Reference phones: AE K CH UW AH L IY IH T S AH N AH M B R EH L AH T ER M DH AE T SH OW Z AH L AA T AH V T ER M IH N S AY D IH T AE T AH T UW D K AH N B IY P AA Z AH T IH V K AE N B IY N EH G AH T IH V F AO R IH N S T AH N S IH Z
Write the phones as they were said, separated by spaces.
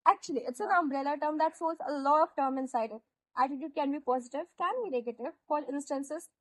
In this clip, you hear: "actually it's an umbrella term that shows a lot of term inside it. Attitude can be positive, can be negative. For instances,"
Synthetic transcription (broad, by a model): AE K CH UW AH L IY IH T S AH N AH M B R EH L AH T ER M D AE T S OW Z AH L AA T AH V T ER M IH N S AY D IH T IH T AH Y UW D K AH N B IY P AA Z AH T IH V K AE N B IY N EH G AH T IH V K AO L IH N S T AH N S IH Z